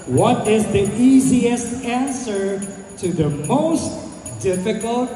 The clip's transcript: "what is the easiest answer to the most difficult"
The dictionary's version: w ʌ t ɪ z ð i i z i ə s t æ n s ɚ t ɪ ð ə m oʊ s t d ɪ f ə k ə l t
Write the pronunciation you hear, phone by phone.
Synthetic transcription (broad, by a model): w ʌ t ɪ z ð i i z i ə s t æ n s ɚ t ɪ ð ə m oʊ s t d ɪ f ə k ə l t